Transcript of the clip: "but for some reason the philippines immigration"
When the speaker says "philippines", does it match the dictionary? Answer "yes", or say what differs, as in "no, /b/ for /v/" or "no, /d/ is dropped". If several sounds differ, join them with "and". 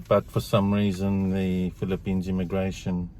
yes